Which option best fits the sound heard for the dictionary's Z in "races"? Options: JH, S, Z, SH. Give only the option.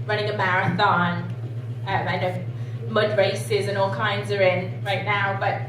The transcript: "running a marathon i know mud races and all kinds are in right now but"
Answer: Z